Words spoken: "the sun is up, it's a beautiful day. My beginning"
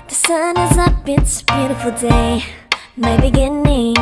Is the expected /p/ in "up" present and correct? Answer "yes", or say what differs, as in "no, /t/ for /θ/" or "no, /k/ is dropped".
no, /b/ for /p/